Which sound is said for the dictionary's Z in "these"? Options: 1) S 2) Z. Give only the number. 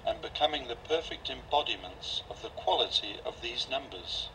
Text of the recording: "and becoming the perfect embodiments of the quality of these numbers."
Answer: 2